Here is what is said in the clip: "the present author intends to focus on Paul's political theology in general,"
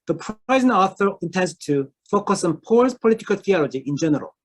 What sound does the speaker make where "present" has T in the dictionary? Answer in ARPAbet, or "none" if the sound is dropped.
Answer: none